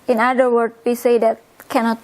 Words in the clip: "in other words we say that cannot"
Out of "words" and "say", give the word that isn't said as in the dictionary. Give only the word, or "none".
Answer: words